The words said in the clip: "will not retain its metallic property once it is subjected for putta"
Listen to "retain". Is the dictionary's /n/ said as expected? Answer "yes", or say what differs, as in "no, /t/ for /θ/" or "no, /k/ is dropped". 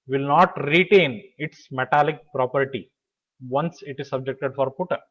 yes